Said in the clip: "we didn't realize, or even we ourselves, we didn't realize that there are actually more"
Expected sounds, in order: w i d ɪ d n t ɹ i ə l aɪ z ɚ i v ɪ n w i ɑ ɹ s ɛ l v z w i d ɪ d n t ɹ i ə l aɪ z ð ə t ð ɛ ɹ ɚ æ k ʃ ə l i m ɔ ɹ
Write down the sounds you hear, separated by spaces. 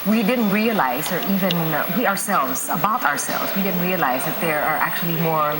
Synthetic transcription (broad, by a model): w i d ɪ d n t ɹ i ə l aɪ z ɚ i v ɪ n w i ɑ ɹ s ɛ l v z w i d ɪ d n t ɹ i ə l aɪ z ð ə t ð ɛ ɹ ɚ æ k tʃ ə l i m ɔ ɹ